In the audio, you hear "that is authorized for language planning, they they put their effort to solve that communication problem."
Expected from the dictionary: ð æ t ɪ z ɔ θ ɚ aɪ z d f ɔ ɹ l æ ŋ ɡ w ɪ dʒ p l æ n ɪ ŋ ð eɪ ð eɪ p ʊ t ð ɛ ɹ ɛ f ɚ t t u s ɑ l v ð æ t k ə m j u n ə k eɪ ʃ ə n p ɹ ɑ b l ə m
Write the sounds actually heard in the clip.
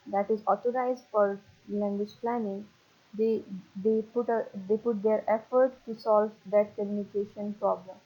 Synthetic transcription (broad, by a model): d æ t ɪ z ɔ t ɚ aɪ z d f ɔ ɹ l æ ŋ ɡ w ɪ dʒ p l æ n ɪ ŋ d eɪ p eɪ p ʊ t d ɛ ɹ ɛ f ɚ t t u s ɑ l v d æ t k ə m j u n ə k eɪ ʃ ə n p ɹ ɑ b l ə m